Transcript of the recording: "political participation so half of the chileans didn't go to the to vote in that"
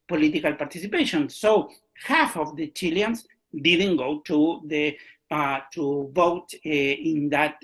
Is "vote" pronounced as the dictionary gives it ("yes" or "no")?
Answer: yes